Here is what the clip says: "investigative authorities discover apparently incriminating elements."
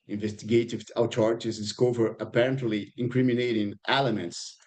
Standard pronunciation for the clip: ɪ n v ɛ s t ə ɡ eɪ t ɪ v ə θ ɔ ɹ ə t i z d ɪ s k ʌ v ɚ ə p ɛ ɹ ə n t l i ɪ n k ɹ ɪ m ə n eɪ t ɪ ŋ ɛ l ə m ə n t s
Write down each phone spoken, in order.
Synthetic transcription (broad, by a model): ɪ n v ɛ s t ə ɡ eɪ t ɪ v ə t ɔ ɹ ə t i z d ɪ s k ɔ v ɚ ə p ɛ ɹ ə n t l i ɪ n k ɹ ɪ m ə n eɪ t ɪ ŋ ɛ l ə m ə n t s